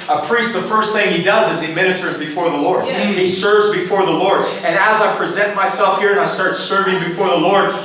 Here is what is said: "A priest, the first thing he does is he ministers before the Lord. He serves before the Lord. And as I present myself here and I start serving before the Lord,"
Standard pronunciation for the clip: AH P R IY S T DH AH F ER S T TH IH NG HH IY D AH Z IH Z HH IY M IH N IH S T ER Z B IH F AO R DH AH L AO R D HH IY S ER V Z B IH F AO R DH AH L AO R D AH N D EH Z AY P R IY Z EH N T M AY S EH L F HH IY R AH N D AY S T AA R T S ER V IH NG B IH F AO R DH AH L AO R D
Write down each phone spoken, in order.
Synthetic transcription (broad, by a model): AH P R IY S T DH AH F ER S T TH IH NG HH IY D AH Z IH Z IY M IH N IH S T ER Z B IH F AO R DH AH L AO R D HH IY S ER V Z B IH F AO R DH AH L AO R D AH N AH Z AY P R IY Z EH N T M AY S EH L F HH IY R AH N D AY S T AA R T S ER V IH NG B IH F AO R DH AH L AO R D